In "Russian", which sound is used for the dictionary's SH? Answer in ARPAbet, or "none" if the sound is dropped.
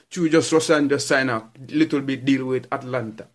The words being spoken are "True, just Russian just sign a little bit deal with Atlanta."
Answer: S